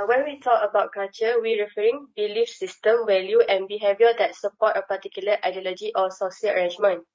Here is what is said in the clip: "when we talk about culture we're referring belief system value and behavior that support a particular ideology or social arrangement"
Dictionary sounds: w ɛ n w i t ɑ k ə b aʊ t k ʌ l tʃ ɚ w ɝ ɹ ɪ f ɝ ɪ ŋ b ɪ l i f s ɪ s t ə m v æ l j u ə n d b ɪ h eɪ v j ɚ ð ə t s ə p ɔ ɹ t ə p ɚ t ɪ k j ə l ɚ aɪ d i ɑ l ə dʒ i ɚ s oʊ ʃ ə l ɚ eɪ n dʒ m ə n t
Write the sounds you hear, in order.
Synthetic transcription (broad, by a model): w ɛ n w i t ɑ k ə b aʊ t k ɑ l tʃ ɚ w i ɹ ɪ f ɝ ɪ ŋ b ɪ l i f s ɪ s t ə m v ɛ l j u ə n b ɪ h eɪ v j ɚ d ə t s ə p ɔ t ə p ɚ t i k j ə l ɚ aɪ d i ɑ l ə dʒ i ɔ s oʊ s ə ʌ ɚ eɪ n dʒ m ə n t